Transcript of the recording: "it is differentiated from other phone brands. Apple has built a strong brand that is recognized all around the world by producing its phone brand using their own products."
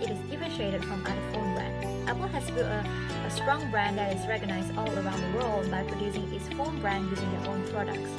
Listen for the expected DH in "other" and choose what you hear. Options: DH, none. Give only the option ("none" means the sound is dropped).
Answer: none